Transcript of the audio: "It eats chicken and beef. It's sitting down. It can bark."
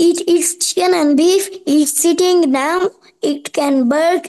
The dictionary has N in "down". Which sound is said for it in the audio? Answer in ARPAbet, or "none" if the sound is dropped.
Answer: none